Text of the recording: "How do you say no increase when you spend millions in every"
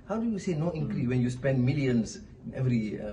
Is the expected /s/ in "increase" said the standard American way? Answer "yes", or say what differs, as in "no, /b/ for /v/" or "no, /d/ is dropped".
no, /s/ is dropped